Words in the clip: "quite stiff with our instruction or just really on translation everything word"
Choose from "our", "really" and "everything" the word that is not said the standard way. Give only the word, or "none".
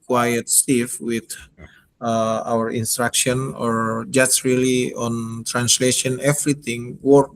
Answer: everything